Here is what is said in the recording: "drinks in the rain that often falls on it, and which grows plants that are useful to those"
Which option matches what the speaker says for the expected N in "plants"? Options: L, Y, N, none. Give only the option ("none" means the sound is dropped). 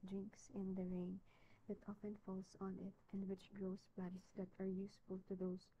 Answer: none